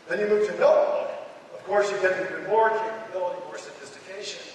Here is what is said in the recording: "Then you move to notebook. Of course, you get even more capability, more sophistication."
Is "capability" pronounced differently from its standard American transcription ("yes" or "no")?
yes